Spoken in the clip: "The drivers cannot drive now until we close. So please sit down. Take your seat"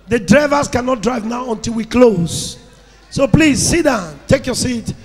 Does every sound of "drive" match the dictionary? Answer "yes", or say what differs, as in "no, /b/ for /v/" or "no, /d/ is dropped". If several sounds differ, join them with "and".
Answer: yes